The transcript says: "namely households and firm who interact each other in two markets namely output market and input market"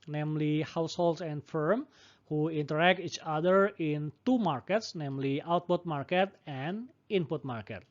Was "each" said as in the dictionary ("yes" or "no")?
yes